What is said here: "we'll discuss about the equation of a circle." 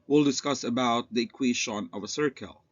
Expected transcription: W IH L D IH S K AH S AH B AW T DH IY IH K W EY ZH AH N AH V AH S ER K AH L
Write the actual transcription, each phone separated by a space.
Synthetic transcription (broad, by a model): W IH L D IH S K AH S AH B AW T DH IY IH K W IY SH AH N AH V AH S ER K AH L